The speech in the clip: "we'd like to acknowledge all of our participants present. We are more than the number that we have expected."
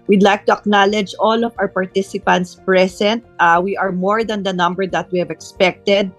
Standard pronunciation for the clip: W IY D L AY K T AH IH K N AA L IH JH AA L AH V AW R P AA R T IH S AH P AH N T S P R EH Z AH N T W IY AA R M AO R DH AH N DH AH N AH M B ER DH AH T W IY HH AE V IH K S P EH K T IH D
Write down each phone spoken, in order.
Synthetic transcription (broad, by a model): W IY D L AY K T AH IH K N AA L IH JH AA L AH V AW R P AA R T IH S AH P AH N T S P R EH S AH N T W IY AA R M AO R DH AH N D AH N AH M B ER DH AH T W IY HH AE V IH K S P EH K T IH D